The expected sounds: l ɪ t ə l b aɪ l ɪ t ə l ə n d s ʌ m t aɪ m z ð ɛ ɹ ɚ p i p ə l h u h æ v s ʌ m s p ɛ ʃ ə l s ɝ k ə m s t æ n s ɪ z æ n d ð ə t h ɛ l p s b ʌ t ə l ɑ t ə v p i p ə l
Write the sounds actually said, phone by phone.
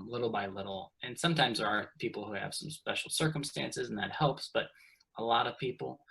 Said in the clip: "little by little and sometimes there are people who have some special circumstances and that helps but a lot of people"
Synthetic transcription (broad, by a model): l ɪ t l b aɪ l ɪ t l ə n s ʌ m t aɪ m z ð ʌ ɹ ɚ p i p l h u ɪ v s ʌ m s p ɛ ʃ l s ɝ k ə m s t æ n s ɪ z n ð ə t h ɛ l p s b ʌ t ə l ɑ t ə v p i p l